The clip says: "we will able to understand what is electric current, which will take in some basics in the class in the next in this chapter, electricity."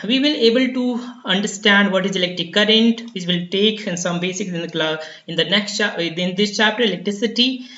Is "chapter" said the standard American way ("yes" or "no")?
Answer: yes